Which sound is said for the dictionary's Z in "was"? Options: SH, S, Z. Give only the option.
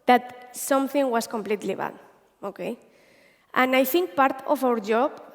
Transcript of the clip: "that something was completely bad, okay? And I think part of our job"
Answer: S